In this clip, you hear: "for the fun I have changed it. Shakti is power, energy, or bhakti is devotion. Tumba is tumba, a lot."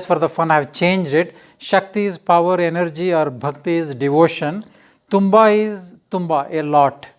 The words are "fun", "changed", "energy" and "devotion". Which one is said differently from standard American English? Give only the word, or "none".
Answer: none